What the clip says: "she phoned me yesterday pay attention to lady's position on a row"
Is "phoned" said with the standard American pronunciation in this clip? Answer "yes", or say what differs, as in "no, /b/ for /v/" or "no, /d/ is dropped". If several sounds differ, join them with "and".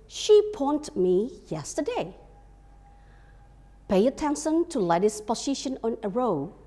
no, /p/ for /f/